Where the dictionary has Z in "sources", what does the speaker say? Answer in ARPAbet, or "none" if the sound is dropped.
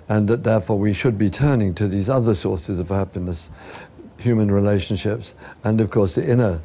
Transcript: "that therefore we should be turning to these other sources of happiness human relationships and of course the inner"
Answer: Z